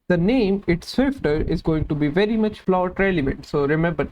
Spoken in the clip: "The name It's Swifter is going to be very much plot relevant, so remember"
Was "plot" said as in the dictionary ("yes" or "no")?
no